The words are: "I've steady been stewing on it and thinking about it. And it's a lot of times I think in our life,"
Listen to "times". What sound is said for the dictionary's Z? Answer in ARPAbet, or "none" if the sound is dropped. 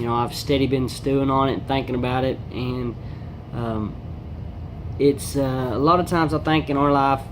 Z